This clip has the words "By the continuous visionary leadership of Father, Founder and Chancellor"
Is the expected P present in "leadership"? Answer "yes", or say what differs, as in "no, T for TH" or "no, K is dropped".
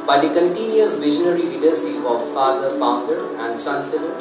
no, P is dropped